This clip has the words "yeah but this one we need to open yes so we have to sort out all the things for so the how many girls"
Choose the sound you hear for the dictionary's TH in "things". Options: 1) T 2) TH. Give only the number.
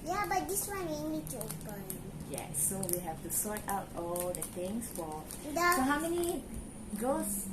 1